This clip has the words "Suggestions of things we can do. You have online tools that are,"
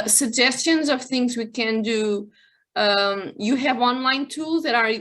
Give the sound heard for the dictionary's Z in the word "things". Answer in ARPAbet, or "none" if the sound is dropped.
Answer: Z